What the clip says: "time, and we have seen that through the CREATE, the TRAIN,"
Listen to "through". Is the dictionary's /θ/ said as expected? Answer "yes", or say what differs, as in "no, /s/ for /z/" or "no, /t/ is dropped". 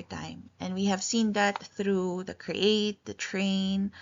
yes